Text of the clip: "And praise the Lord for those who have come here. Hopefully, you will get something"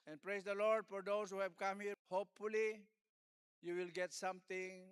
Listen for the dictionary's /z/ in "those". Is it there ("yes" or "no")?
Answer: no